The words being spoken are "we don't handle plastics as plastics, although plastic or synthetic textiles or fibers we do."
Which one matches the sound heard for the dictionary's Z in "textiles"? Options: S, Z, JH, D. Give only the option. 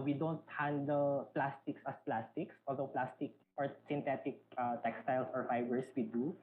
S